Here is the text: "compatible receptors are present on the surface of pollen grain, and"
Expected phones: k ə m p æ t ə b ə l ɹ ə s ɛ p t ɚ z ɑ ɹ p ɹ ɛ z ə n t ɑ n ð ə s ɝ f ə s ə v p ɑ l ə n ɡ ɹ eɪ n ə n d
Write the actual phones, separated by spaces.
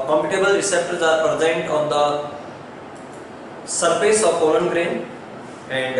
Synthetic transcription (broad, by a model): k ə m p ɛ t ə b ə l ɹ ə s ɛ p t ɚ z ɑ ɹ p ɹ ɛ z ə n t ɑ n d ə s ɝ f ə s ə v f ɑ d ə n ɡ ɹ eɪ n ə n d